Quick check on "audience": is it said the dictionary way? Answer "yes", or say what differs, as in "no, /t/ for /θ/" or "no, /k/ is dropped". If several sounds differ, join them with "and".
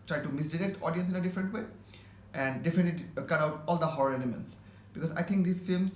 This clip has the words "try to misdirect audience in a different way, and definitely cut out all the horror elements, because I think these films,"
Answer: yes